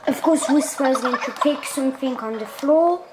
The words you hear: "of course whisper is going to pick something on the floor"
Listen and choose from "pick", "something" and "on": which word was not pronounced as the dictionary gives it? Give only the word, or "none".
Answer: none